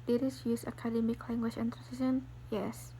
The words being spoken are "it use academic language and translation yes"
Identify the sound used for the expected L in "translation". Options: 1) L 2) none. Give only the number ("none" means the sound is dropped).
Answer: 2